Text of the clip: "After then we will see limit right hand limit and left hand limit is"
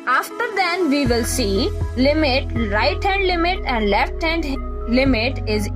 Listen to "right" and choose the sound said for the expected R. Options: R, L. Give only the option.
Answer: R